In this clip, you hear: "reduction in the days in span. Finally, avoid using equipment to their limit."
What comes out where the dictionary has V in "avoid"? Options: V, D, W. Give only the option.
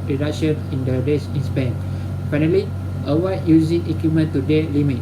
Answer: W